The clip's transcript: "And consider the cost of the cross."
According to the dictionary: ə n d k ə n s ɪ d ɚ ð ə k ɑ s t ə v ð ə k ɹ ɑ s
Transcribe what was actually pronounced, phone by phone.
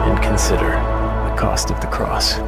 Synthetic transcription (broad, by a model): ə n k n s ɪ d ɚ ð ə k ɑ s t ə v ð ə k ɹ ɑ s